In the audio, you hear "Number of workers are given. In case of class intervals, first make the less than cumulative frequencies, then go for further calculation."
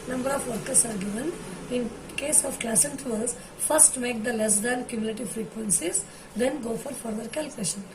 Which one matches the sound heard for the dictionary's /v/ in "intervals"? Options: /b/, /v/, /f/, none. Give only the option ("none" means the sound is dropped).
none